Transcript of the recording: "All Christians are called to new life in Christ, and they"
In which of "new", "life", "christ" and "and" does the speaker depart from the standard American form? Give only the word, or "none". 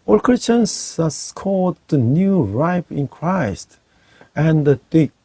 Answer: life